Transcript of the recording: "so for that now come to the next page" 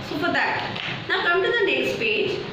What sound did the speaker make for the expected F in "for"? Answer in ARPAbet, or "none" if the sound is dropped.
P